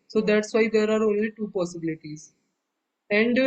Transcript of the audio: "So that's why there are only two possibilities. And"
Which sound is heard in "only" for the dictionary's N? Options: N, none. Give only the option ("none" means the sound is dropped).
N